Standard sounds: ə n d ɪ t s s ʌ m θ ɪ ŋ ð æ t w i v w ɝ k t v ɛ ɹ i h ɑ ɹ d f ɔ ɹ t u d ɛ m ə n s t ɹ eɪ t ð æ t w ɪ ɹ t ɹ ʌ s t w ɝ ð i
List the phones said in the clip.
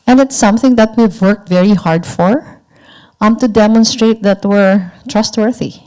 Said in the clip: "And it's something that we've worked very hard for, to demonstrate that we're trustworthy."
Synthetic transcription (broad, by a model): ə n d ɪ t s s ʌ m θ ɪ ŋ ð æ t w i v w ɝ k t v ɛ ɹ i h ɑ ɹ d f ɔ ɹ t u d ɛ m ə n s t ɹ eɪ t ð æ t w ɪ ɹ t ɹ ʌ s t w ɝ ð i